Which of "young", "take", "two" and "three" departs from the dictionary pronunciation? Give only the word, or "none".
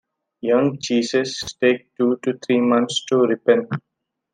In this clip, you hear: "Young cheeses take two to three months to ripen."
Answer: three